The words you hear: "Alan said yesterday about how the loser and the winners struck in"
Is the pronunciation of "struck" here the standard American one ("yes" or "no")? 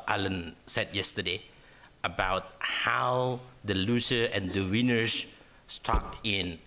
no